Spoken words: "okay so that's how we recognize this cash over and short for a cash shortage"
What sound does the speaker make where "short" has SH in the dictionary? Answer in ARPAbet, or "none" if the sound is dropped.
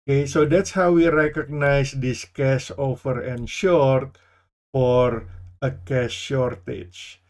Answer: SH